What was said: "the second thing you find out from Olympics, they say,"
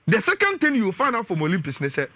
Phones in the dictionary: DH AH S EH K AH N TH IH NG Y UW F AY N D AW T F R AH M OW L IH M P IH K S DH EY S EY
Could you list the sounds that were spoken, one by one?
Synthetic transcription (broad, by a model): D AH S EH K AH N T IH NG Y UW F AY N AW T F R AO M OW L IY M P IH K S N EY S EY